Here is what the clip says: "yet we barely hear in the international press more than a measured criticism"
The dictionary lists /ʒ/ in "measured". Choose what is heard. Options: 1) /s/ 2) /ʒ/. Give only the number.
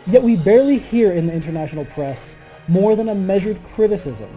2